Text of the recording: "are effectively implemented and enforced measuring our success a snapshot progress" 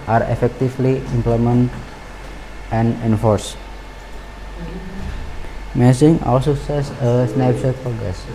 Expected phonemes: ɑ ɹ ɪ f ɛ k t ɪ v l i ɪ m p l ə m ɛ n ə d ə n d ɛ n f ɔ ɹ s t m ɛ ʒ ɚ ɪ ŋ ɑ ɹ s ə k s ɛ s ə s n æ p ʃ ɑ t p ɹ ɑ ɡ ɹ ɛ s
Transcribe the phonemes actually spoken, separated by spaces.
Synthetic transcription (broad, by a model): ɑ ɹ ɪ f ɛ k t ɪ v l i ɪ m p l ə m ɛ n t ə n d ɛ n f ɔ ɹ s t m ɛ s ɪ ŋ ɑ l s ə s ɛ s ə s n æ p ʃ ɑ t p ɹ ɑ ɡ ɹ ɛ s